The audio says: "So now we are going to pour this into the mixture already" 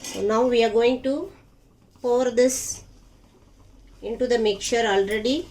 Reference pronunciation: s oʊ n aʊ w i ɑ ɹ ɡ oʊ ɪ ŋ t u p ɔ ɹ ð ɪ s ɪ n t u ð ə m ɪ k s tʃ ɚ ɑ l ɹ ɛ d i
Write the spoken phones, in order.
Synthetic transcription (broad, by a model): s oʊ n aʊ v i ɑ ɹ ɡ oʊ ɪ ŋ t u p ɔ ɹ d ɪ s ɪ n t u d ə m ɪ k tʃ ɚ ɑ l ɹ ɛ d i